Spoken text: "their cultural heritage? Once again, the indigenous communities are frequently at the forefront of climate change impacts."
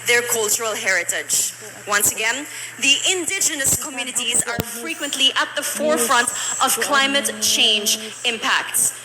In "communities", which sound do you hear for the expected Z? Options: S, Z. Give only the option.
Z